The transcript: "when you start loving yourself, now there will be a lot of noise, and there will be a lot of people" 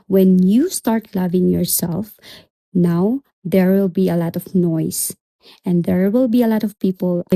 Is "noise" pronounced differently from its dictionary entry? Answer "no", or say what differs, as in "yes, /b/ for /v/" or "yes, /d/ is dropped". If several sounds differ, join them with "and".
yes, /s/ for /z/